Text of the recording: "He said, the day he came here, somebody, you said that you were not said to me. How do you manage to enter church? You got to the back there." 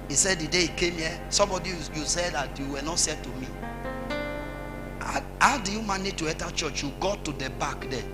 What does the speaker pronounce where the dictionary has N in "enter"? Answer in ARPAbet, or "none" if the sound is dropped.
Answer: none